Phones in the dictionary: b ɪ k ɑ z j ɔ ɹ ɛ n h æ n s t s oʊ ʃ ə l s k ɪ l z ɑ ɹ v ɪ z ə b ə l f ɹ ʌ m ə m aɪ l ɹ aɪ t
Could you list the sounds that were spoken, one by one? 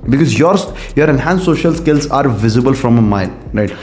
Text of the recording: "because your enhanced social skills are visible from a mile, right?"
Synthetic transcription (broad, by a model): b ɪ k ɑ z j ɔ ɹ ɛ n h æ n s s oʊ ʃ ə l s k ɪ l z ɑ ɹ v ɪ z ə b ə l f ɹ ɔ m ə m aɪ n ɹ aɪ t